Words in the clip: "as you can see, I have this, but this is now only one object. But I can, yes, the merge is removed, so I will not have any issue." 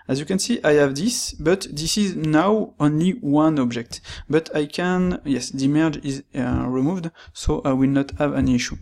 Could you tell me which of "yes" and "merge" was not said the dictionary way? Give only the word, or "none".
none